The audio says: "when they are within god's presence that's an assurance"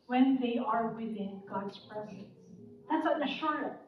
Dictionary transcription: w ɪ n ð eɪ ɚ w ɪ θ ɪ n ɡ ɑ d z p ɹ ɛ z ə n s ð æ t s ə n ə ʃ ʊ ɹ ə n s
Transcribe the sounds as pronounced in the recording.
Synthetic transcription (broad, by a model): w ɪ n ð eɪ ɚ w ɪ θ ɪ n ɡ ɑ d z p ɹ ɛ z ə n s ð æ t s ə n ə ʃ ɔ ɹ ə